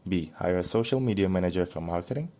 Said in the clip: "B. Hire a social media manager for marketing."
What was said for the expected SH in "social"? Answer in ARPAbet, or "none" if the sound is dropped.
SH